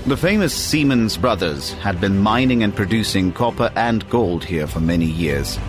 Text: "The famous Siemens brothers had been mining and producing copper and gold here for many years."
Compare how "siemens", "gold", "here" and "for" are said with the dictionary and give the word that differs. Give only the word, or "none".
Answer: none